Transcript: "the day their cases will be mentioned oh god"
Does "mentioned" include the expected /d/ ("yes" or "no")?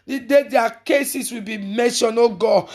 no